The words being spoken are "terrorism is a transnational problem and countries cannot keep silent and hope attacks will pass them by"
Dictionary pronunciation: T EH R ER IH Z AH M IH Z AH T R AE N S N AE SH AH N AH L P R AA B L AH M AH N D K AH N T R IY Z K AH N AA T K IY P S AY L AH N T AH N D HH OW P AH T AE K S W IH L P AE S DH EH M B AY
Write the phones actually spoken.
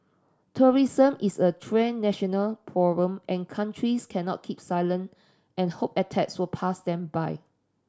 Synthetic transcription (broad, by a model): T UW R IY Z AH M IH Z AH T R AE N N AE SH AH N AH L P AA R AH M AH N K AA N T R IY S K AH N AA T K IY P S AY L AH N T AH N HH OW P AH T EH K S W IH L P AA S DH EH M B AY